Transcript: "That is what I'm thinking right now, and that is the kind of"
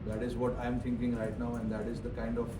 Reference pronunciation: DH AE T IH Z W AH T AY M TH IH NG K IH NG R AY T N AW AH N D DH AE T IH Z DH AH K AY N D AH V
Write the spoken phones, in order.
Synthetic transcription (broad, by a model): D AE T IH Z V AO T AY M T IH NG K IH NG R AY T N AW AH N D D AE T IH Z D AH K AY N D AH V